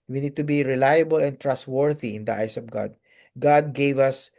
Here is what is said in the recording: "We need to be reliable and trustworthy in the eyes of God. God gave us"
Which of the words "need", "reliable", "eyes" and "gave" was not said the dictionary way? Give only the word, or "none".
eyes